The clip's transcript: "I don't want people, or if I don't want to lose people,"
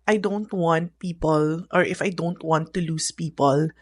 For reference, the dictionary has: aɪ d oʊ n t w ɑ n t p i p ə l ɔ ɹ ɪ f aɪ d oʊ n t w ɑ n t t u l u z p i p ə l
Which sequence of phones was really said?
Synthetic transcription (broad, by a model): aɪ d oʊ n t w ɑ n t p i p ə l ɔ ɹ ɪ f aɪ d oʊ n t w ɑ n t t u l u s p i p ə l